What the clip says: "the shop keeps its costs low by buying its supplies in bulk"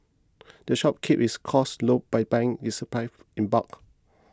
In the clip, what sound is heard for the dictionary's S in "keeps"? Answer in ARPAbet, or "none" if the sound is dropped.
none